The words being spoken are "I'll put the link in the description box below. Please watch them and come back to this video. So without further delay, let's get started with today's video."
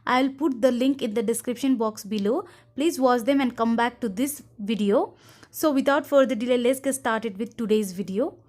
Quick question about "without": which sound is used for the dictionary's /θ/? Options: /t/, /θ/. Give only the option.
/t/